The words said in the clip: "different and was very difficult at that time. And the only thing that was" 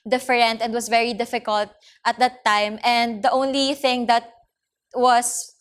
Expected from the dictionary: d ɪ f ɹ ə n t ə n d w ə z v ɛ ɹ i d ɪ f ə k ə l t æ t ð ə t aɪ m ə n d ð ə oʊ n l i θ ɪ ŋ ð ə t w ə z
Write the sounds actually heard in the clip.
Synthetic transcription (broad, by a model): d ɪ f ɹ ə n t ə n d w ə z v ɛ ɹ i d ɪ f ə k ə l t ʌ t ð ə t aɪ m ə n d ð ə oʊ n l i θ ɪ ŋ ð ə t w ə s